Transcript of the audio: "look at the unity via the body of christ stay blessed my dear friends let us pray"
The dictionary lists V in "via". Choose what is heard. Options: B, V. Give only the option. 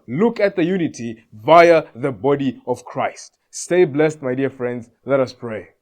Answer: V